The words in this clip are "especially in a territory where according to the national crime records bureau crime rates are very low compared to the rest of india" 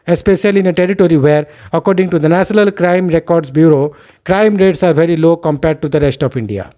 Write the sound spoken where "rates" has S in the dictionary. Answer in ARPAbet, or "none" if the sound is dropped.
S